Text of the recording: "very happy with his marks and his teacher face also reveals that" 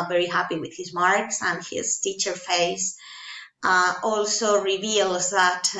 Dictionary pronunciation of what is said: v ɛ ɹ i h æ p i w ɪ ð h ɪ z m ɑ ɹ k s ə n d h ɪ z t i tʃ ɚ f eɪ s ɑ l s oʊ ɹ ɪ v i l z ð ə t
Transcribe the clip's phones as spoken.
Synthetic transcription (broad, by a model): v ɛ ɹ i h æ p i w ɪ ð h ɪ z m ɑ ɹ k s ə n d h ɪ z t i tʃ ɚ f eɪ s ɑ l s oʊ ɹ ɪ v i l z ð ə t